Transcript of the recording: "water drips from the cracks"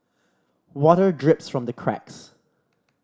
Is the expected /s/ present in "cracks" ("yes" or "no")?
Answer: yes